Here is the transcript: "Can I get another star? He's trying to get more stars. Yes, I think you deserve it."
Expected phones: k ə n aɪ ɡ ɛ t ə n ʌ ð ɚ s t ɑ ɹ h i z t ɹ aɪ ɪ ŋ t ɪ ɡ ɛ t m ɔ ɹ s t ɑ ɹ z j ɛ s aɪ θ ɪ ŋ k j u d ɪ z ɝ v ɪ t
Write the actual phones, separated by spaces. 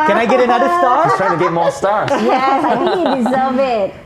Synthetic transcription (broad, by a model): k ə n aɪ ɡ ɛ t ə n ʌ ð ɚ s t ɑ ɹ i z t ɹ aɪ ɪ ŋ t ɪ ɡ ɛ t m ɔ ɹ s t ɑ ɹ j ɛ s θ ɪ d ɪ z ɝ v ɪ t